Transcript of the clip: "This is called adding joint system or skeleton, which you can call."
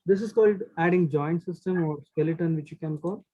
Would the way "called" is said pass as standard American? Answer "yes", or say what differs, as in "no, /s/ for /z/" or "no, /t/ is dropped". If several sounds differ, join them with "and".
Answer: yes